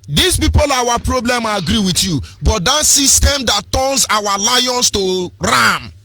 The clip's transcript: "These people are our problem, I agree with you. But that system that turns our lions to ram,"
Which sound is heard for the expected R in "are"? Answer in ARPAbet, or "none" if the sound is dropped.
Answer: W